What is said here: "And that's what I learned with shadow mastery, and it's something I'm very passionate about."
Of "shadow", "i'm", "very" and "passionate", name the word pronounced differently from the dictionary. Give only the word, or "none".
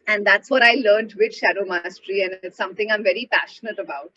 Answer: none